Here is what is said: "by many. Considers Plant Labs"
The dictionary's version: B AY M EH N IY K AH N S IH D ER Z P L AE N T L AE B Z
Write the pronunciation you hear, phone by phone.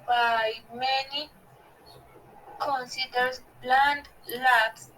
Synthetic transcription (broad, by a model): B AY M EH N IY K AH N S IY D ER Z B L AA N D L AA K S